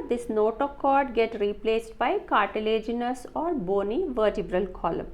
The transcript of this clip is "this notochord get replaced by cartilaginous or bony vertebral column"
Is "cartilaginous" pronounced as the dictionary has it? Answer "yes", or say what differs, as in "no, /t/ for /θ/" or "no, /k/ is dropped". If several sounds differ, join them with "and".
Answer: yes